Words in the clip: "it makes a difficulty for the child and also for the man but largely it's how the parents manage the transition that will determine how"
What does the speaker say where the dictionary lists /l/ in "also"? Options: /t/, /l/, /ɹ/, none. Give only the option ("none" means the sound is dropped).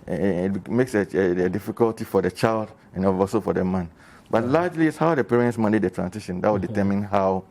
none